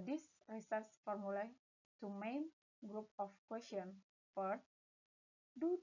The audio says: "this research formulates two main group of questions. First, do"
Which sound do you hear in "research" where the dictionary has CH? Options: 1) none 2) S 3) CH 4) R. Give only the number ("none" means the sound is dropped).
2